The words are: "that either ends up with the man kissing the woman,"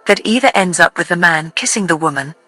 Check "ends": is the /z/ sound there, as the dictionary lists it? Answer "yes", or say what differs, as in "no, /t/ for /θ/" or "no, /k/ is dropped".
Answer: yes